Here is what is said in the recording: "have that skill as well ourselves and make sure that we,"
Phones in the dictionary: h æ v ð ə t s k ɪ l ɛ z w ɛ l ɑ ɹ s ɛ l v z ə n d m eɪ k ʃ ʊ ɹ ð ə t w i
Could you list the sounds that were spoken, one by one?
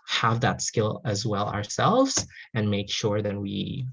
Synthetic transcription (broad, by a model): h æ v ð ə t s k ɪ l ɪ z w ɛ l ɑ ɹ s ɛ l v z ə n m eɪ k ʃ ʊ ɹ ð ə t w i